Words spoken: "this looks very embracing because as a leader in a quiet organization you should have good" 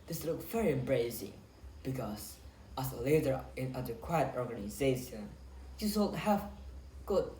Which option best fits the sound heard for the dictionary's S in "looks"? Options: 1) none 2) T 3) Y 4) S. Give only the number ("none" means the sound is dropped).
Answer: 1